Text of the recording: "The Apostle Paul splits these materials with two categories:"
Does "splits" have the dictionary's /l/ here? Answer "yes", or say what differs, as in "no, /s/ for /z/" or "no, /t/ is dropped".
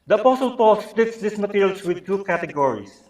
yes